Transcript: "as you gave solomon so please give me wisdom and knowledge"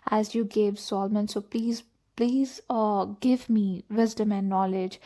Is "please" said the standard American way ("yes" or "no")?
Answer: yes